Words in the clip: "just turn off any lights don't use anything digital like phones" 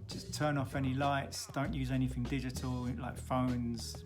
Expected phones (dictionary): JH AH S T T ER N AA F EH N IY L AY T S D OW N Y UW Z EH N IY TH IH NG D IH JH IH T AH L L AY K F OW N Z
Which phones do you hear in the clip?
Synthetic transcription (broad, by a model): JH AH S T T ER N AA F EH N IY L AY T S D OW N Y UW Z EH N IY TH IH NG D IH JH IH T AH L L AY K F OW N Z